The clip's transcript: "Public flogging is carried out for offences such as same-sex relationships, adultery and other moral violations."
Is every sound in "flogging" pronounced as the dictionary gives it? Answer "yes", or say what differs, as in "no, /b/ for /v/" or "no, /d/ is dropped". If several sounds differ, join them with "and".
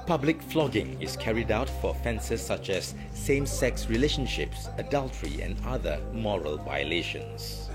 yes